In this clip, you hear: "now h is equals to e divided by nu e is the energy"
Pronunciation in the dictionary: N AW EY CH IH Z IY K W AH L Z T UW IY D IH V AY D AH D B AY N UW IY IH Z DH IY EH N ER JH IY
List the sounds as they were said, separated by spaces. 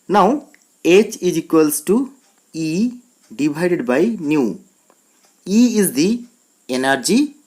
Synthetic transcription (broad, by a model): N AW EY CH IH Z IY K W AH L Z T UW IY D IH B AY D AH D B AY N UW IY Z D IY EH N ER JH IY